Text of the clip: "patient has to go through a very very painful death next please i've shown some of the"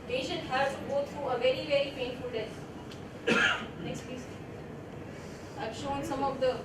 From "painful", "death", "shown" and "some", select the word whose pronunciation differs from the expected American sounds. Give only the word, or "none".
death